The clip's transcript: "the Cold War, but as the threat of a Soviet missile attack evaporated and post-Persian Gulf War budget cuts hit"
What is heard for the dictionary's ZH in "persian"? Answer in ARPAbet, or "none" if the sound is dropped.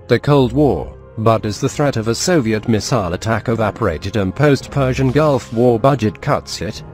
ZH